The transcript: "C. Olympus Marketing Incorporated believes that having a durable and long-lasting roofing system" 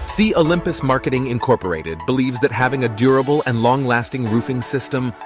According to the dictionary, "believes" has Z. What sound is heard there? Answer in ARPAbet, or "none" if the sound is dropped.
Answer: Z